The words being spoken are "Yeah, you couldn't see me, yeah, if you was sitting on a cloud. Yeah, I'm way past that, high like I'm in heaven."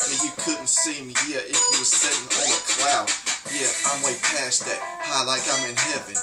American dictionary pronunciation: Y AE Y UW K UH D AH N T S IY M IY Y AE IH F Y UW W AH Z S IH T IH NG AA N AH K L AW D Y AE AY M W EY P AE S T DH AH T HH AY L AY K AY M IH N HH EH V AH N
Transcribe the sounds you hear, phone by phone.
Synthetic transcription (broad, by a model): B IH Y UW K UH D N T S IY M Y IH IH F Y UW W AH Z S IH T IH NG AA L AH K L AW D Y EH AY M W EY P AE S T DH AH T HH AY L AY K AY M IH N HH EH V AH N